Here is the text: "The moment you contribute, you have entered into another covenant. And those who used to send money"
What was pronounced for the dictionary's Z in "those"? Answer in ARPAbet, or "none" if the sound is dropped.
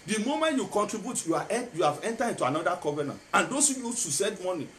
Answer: S